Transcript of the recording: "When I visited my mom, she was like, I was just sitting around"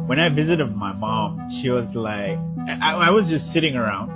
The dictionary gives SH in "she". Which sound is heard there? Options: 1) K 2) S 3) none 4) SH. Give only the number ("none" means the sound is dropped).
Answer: 4